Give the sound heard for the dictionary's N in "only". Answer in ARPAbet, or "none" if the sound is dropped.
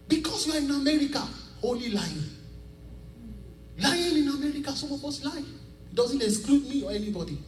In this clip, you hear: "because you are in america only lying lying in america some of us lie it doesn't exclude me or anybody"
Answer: none